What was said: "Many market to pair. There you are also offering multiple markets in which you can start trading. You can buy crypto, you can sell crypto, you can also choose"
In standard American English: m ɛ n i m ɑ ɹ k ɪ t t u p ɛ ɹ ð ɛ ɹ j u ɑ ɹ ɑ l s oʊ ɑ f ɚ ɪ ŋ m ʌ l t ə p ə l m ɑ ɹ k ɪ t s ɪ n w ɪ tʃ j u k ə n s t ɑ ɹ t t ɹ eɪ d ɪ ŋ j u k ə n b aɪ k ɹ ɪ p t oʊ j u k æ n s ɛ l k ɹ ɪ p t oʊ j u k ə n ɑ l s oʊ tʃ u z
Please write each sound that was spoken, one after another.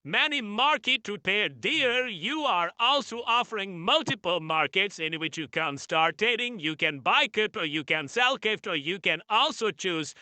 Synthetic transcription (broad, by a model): m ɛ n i m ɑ ɹ k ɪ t t u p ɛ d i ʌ ɹ j u ɑ ɹ ɑ l s oʊ ɑ f ɚ ɪ ŋ m ʌ l t ə p ə l m ɑ ɹ k ɪ t s ɪ n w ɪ tʃ j u k ə n s t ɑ ɹ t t eɪ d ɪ ŋ j u k ə n b aɪ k ɪ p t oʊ j u k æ n s ɛ l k ɪ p t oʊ j u k ə n ɑ l s oʊ tʃ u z